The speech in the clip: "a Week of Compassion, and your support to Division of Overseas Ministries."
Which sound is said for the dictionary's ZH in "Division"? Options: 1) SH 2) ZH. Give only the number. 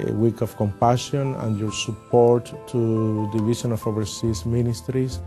1